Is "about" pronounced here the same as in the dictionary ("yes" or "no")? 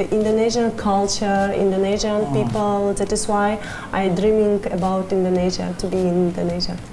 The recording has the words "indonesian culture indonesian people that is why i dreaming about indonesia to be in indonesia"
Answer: yes